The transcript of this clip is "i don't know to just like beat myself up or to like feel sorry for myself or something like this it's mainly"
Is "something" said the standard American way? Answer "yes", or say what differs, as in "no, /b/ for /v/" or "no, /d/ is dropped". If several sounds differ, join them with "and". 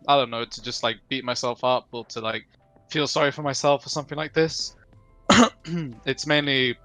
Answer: yes